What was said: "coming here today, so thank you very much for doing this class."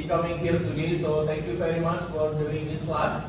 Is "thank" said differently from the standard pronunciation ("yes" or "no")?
yes